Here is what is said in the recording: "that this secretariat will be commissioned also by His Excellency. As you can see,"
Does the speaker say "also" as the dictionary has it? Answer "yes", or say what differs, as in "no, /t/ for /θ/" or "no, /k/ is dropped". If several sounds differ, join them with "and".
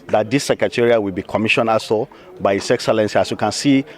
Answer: no, /l/ is dropped